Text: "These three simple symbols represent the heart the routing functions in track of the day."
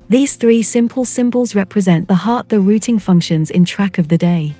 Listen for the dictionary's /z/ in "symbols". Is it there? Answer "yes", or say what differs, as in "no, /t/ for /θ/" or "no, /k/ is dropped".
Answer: yes